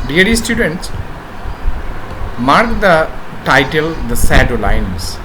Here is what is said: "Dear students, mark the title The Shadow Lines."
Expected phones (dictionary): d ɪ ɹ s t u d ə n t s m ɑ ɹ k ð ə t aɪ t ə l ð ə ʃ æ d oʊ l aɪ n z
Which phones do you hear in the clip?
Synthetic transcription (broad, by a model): d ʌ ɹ s t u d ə n t s m ɑ ɹ k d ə t aɪ t ə l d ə s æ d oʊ l aɪ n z